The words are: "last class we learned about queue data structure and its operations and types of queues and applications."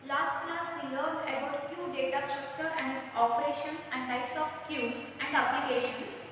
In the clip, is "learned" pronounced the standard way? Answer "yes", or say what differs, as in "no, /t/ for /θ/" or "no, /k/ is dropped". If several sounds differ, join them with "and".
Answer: no, /d/ is dropped